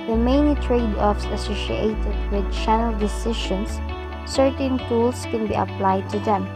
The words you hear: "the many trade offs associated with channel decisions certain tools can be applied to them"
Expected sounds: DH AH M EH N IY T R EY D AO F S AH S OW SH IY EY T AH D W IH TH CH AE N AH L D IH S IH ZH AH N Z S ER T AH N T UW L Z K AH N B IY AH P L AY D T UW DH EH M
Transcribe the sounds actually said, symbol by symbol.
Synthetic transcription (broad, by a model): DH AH M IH N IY T R EY D AO F S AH S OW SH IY EY T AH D W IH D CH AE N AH L D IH S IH SH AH N S ER T AH N T UW L S K AH N B IY AH P L AY D T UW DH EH M